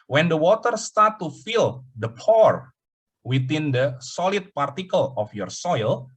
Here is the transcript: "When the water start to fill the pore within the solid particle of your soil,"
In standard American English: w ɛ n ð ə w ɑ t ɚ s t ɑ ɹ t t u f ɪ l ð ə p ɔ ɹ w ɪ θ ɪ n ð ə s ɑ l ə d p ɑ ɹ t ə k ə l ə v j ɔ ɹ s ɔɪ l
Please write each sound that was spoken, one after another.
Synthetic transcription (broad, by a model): w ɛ n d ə w ɑ t ɚ s t ɑ ɹ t t u f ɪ l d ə p ɔ ɹ w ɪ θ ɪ n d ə s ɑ l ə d p ɑ ɹ t ə k ə l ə f j ɔ ɹ s ɔɪ l